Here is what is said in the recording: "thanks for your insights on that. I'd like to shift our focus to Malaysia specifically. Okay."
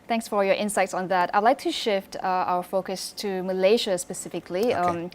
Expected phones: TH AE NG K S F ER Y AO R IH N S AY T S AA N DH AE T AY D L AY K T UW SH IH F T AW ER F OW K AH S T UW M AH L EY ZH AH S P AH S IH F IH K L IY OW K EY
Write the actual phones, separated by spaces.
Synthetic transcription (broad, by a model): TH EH NG K S F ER Y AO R IH N S AY T S AA N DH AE T AY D L AY K T UW SH IH F T AW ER F OW K AH S T UW M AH L EY SH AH S P AH S IH F IH K L IY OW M